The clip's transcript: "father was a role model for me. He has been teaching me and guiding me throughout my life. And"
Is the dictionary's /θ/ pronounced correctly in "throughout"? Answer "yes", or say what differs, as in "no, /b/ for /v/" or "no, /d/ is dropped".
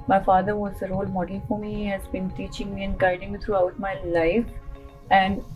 no, /t/ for /θ/